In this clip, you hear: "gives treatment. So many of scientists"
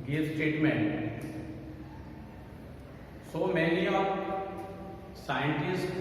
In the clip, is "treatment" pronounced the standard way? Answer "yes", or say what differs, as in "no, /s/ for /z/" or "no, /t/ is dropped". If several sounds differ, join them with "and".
no, /ɹ/ is dropped